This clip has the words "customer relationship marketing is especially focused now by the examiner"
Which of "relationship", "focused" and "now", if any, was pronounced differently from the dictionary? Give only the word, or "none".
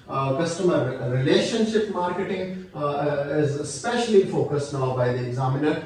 none